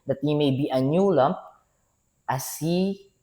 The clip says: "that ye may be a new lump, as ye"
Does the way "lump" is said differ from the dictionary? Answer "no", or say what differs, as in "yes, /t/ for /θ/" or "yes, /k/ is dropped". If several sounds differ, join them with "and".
yes, /p/ is dropped